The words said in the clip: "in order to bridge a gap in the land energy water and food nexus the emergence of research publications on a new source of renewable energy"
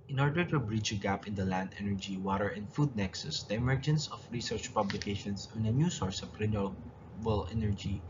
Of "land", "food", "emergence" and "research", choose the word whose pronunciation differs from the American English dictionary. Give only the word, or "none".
none